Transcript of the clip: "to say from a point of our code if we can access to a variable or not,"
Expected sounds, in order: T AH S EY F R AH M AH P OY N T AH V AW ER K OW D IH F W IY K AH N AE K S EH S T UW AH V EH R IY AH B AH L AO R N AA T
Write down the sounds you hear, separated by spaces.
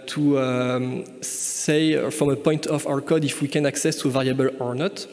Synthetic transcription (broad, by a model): T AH S EY F R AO M AH P OY N T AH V AW ER K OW D IH F W IY K AH N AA K S EH S T UW AH V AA R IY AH B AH L AO R N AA T